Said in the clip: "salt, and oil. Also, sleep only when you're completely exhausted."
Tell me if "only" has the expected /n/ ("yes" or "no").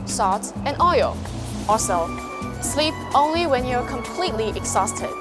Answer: yes